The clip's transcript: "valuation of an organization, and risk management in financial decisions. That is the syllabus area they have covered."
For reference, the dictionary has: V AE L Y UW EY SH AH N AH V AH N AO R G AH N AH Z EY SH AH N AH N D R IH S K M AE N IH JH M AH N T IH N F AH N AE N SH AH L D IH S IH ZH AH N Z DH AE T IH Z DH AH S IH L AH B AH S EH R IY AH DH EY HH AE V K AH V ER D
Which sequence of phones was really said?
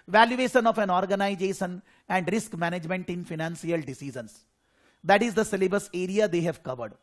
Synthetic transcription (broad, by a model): V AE L Y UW EY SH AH N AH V AH N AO R G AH N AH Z EY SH AH N AH N D R IH S K M AE N IH JH M AH N T IH N F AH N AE N S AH L D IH S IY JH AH N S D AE T IH Z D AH S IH L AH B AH S EH R IY AH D EY HH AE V K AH V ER D